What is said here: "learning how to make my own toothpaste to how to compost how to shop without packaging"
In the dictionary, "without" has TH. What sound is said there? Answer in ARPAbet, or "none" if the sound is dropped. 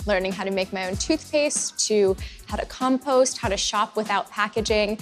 TH